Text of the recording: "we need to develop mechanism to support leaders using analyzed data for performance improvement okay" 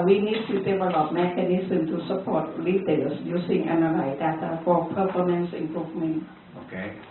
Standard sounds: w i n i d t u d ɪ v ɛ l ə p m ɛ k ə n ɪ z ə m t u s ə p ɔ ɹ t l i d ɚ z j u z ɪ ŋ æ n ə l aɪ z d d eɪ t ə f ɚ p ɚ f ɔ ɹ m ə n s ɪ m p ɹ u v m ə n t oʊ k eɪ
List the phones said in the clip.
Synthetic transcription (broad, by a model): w i n i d t u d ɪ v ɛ l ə p m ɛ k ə n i s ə m t u s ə p ɔ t l i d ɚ s j u s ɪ ŋ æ n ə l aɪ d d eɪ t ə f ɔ p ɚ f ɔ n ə n s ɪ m p ɹ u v m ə n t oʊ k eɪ